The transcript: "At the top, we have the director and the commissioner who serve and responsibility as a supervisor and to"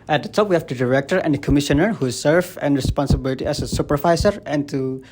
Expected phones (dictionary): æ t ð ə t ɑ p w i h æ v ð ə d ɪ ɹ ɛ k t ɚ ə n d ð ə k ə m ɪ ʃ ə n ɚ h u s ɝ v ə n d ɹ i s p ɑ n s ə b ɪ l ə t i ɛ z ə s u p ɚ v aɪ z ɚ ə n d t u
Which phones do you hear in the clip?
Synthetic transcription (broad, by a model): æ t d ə t ɑ p w i h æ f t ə d ɪ ɹ ɛ k t ɚ ə n d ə k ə m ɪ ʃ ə n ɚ h u s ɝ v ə n ɹ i s p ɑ n s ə b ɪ l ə t i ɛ s ə s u p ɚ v aɪ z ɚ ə n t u